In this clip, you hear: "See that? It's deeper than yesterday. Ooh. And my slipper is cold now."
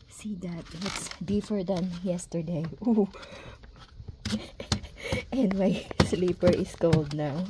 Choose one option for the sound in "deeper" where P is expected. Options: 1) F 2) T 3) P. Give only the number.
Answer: 1